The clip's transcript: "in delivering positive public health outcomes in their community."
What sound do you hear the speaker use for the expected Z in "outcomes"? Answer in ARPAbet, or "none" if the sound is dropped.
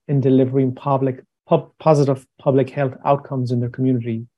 Z